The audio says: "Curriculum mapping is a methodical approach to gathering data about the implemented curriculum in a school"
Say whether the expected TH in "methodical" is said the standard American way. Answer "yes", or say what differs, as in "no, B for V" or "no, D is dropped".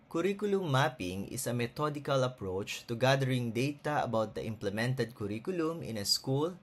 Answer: no, T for TH